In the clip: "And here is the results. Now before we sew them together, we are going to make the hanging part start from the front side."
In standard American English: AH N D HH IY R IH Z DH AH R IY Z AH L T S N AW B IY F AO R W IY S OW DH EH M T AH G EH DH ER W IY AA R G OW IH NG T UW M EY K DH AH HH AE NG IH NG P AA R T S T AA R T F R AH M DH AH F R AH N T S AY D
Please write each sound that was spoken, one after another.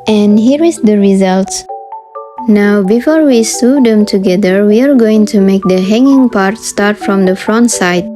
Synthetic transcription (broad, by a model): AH N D HH IY R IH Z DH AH R IY Z AH L T S N AW B IY F AO R W IY S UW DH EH M T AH G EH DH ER W IY AA R G OW IH NG T UW M EY K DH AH HH AE NG IH NG P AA R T S T AA R T F R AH M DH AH F R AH N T S AY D